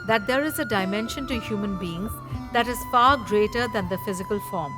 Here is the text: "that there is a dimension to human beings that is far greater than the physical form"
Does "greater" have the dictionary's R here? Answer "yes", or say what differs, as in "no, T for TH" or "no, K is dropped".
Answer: yes